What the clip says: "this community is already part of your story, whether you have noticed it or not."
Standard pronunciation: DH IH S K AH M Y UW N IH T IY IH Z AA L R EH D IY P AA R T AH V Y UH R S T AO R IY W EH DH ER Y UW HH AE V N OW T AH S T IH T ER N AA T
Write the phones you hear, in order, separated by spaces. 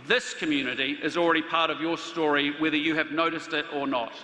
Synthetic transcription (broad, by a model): DH IH S K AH M Y UW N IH T IY IH Z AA L R EH D IY P AA R T AH V Y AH R S T AO R IY W EH DH ER Y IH V N OW T AH S T IH T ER N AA T